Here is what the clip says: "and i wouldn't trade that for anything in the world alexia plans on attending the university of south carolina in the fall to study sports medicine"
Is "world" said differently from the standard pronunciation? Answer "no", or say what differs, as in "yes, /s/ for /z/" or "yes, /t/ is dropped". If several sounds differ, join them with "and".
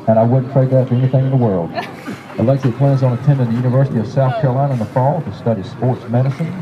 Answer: no